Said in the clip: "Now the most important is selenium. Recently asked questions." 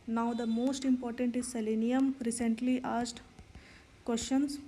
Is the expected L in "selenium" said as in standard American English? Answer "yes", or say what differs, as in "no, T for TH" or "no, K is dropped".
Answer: yes